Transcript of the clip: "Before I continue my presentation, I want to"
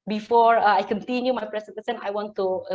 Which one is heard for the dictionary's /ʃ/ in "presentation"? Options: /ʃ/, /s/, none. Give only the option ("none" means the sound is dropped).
/s/